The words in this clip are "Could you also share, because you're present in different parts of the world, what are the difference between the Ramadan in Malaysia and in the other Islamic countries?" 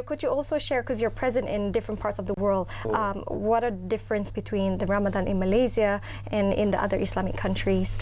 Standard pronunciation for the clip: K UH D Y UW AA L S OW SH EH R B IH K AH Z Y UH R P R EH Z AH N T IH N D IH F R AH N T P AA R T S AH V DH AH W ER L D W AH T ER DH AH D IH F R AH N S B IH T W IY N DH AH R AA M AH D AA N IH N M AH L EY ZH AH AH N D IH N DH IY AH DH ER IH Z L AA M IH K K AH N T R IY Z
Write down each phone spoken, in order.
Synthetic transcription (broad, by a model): K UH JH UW AA L S OW SH EH R K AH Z Y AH R P R EH Z AH N T IH N D IH F R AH N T P AA R T S AH V DH AH W ER L D W AH T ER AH D IH F R AH N S B IH T W IY N DH AH R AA M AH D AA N IH N M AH L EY Z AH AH N IH N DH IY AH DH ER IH S L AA M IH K K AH N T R IY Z